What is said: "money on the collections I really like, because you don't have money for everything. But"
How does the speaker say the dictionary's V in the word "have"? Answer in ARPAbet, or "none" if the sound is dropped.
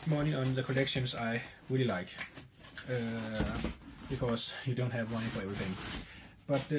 V